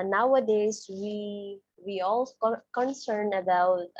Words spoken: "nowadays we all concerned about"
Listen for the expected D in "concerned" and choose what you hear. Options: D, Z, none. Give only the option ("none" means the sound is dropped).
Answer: none